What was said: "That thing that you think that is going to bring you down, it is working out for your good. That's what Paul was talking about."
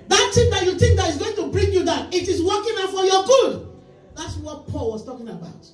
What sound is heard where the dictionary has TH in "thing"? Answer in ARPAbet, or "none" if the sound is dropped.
T